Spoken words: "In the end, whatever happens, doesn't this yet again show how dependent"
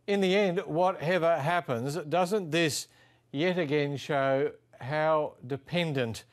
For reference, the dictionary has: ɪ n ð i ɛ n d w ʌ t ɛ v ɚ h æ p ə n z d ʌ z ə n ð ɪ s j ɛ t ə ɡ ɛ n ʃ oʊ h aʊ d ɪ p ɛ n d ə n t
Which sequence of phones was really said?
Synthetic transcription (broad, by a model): ɪ n ð i ɛ n d w ʌ t ɛ v ɚ h æ p ə n z d ʌ z ə n ð ɪ s j ɛ t ə ɡ ɛ n ʃ oʊ h aʊ d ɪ p ɛ n d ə n t